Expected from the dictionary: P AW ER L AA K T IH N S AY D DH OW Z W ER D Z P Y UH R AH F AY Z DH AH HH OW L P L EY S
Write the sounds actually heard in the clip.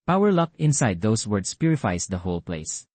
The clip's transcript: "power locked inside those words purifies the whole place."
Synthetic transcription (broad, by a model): P AW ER L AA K IH N S AY D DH OW S W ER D S P Y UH R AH F AY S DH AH HH OW L P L EY S